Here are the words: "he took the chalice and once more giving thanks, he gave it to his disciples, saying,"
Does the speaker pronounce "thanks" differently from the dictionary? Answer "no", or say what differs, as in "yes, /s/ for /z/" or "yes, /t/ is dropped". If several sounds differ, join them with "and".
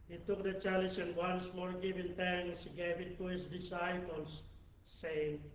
yes, /k/ is dropped